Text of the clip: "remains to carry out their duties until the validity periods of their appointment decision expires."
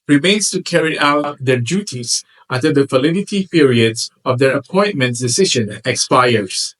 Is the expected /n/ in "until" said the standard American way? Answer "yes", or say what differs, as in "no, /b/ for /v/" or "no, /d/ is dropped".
no, /n/ is dropped